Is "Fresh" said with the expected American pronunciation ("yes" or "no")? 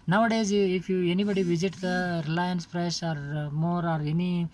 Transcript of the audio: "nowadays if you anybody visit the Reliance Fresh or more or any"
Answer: no